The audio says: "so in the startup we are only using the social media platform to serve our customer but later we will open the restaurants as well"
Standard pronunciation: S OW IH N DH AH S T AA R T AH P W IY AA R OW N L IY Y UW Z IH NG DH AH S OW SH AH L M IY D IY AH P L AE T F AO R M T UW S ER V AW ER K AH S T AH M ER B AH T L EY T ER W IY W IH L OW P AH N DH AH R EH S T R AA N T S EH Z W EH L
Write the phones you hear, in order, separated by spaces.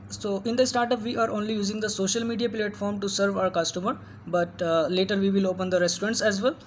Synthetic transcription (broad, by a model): S OW IH N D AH S T AA R T AH P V IY AA R OW N L IY Y UW Z IH NG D AH S OW SH AH L M IY D IY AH P L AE T F AO R M T UW S ER V AW ER K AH S T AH M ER B AH T L EY T ER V IY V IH L OW P AH N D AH R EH S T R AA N T S EH Z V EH L